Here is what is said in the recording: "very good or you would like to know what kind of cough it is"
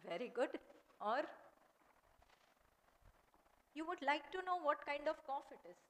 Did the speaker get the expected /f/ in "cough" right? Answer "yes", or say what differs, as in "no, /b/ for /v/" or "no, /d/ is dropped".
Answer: yes